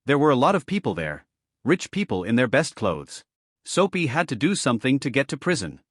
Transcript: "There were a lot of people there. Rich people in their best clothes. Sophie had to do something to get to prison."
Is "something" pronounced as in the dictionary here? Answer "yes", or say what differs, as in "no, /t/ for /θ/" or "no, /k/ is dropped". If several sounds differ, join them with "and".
yes